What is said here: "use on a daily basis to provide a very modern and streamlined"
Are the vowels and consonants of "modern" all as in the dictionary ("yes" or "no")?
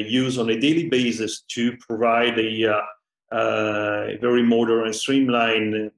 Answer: no